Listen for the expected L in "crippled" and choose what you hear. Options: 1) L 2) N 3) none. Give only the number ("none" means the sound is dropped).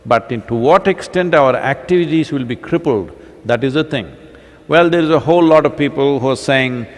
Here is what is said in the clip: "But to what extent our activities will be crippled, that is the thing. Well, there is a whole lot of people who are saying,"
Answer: 1